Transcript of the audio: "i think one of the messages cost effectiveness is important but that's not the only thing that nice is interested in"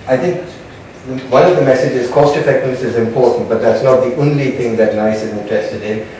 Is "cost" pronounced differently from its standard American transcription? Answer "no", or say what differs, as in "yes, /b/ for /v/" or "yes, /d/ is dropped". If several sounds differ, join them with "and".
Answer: no